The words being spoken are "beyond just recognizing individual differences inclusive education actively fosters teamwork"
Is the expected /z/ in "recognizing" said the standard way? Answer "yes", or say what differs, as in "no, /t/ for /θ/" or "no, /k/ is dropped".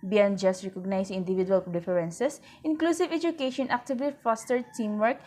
no, /s/ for /z/